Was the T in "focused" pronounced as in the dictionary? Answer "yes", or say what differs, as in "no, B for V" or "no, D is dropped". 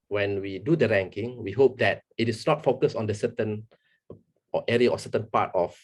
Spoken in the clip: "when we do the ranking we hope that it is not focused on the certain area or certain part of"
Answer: no, T is dropped